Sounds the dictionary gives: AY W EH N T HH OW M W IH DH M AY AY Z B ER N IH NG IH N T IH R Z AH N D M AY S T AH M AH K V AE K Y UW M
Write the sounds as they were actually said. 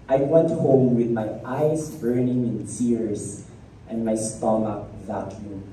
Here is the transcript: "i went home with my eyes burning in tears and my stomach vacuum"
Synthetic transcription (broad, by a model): AY W EH N T HH OW M W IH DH M AY AY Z B ER N IH NG IH N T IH R S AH N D M AY S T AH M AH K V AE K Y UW